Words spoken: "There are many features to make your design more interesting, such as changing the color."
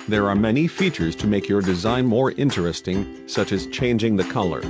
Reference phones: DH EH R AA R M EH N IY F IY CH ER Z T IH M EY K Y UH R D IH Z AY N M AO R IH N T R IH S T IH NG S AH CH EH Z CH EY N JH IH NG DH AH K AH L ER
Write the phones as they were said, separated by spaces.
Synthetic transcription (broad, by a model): DH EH R AA R M EH N IY F IY CH ER Z T IH M EY K Y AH R D IH Z AY N M AO R IH N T R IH S T IH NG S AH CH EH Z CH EY N JH IH NG DH AH K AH L ER